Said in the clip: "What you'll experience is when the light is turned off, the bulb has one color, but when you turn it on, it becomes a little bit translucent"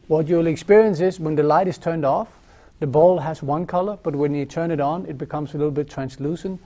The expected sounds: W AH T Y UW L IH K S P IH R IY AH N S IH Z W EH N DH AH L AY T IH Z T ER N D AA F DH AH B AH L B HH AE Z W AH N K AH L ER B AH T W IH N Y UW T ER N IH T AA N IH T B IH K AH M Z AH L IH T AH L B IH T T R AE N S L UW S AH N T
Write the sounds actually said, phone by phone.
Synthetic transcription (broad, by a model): W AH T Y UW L IH K S P IH R IY AH N S IH Z W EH N DH AH L AY T IH Z T ER N D AA F DH AH B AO L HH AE Z W AH N K AH L ER B AH T W IH N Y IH T ER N IH T N IH T B IH K AH M Z AH L IH T L B IH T T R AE N S L UW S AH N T